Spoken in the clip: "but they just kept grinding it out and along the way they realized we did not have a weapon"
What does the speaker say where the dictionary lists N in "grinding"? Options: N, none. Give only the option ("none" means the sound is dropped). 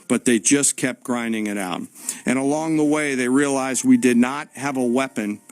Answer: N